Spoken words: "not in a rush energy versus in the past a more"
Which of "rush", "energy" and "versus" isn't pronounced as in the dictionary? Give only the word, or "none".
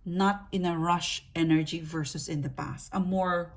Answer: none